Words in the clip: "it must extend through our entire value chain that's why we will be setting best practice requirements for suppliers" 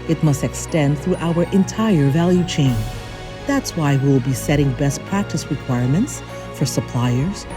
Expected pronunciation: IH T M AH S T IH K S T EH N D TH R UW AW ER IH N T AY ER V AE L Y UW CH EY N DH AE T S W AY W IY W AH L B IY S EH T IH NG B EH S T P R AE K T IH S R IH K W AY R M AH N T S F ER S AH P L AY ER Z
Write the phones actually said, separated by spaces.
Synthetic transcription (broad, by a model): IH T M AH S T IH K S T EH N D TH R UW AW ER IH N T AY ER V AE L Y UW CH EY N DH AE T S W AY W IY W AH L B IY S EH T IH NG B EH S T P R AE K T IH S R IH K W AY R M AH N T S F ER S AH P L AY ER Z